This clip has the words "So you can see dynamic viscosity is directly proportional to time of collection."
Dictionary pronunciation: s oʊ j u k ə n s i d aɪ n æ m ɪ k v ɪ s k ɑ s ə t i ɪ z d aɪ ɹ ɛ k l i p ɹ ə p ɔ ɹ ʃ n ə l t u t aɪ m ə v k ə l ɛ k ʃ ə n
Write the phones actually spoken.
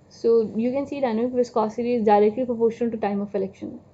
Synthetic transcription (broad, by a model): s oʊ j u k ə n s i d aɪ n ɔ ɪ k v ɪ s k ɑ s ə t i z d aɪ ɹ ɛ k l i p ɹ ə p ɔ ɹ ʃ ə n t u t aɪ m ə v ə l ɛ k ʃ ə n